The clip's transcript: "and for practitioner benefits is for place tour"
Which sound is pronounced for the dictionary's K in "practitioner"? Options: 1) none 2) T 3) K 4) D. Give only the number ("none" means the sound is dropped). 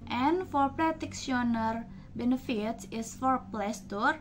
1